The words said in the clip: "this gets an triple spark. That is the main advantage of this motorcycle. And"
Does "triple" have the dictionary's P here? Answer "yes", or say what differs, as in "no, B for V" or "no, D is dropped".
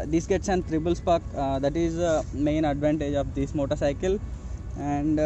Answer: no, B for P